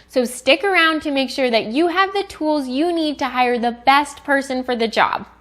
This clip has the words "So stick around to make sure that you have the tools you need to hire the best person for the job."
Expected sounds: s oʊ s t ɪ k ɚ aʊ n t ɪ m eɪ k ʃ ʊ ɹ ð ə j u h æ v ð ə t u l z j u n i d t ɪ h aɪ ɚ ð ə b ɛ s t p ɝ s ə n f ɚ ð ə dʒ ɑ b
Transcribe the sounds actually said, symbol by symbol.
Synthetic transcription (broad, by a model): s oʊ s t ɪ k ɚ aʊ n t ɪ m eɪ k ʃ ʊ ɹ ð ə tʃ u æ v ð ə t u l z j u n i d t ɪ h aɪ ɚ ð ə b ɛ s t p ɝ s ə n f ɚ ð ə dʒ ɑ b